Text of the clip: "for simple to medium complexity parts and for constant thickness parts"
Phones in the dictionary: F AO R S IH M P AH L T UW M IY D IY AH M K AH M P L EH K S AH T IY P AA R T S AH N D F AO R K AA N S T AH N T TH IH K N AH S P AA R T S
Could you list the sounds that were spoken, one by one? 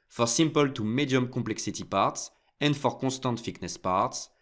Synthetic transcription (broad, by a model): F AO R S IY M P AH L T UW M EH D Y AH M K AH P L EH K S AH T IY P AA R T S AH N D F AO R K AA S T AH N T F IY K N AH S P AA R T S